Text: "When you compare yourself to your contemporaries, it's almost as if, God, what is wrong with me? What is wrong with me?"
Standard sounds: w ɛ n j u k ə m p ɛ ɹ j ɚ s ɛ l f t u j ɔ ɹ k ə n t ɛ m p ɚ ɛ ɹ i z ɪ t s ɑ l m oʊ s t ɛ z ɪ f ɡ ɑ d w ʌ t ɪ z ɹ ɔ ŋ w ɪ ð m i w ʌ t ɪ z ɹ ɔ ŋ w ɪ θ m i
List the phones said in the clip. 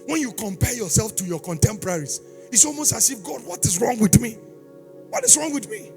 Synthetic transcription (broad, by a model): w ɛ n j u k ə m p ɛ j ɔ s ɛ l f t u j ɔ k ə n t ɛ m p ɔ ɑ ɹ i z ɪ t s ɑ l m oʊ s t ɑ s ɪ f ɡ ɑ d w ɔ t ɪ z ɹ ɔ ŋ w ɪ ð m i w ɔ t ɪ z ɹ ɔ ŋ w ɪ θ m i